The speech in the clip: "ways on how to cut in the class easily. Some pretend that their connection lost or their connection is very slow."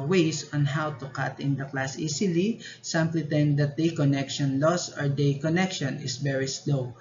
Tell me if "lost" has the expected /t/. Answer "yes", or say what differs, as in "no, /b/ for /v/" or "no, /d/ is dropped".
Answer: no, /t/ is dropped